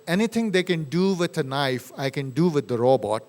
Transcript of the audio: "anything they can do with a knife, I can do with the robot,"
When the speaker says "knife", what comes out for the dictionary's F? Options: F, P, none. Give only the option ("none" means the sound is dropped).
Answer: F